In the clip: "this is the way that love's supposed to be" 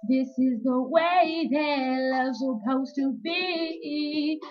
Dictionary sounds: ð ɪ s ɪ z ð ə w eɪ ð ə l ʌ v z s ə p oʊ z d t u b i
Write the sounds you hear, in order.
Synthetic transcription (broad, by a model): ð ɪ s ɪ z ð ə w eɪ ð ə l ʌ z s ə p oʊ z t u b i